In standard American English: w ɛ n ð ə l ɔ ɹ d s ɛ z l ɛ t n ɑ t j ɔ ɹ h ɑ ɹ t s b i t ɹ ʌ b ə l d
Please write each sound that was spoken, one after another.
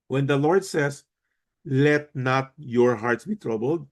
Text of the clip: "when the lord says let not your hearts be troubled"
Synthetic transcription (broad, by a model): w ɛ n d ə l ɔ ɹ d s ɛ s l ɛ t n ɑ t j ɔ ɹ h ɑ ɹ t s b i t ɹ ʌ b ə l d